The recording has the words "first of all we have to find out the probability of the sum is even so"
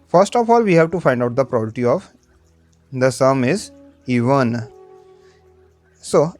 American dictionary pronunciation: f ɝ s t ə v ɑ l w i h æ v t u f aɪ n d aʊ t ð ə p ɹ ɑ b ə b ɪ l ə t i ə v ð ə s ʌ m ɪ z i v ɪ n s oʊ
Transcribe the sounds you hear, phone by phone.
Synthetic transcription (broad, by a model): f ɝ s t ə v ɑ l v i h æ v t u f aɪ n d aʊ t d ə p ɹ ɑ ə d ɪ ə t i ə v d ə s ʌ m ɪ z i v ɪ n s oʊ